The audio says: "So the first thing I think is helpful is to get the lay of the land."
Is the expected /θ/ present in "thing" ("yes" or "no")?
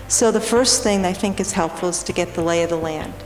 yes